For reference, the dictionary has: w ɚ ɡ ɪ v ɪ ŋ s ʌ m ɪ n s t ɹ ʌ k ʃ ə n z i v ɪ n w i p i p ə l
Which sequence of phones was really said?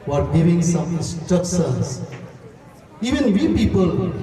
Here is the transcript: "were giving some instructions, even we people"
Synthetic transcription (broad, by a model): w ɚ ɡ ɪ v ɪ ŋ s ʌ m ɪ s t ʌ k s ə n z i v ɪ n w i p i p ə l